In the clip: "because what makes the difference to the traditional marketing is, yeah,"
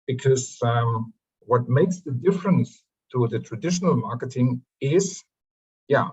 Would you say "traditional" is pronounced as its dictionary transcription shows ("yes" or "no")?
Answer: yes